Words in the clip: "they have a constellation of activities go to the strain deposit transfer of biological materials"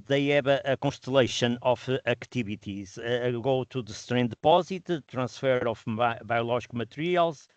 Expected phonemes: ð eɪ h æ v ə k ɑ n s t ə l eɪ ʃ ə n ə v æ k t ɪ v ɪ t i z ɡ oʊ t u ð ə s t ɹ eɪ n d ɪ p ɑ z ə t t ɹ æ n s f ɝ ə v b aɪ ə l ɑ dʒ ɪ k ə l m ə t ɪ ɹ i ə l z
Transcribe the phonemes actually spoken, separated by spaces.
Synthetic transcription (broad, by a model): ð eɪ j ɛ b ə k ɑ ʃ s t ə l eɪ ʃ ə n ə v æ k t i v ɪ t i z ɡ oʊ t u ð ə s t ɹ eɪ n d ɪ p ɑ z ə t t ɹ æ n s f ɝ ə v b aɪ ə l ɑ ʒ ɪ k m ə t ɹ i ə l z